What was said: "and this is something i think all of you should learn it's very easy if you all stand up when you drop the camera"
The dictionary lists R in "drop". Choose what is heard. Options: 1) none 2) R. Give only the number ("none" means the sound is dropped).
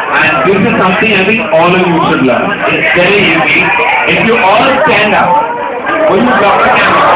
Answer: 1